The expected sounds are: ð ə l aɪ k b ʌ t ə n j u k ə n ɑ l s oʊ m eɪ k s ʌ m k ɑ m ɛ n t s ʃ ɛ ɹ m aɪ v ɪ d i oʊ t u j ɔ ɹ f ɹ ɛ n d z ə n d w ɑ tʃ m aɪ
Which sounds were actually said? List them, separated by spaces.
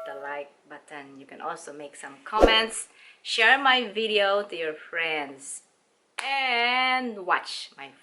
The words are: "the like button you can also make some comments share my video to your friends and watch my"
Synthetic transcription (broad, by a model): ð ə l aɪ k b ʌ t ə n j u k ə n ɑ l s oʊ m eɪ k s ʌ m k ɑ m ɛ n t s ʃ ɛ ɹ m aɪ v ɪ d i oʊ t u j ɔ ɹ f ɹ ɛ n d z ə n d w ɑ tʃ m aɪ